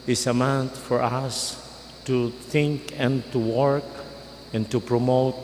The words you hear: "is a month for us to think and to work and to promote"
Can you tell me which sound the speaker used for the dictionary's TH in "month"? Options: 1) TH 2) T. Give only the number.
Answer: 2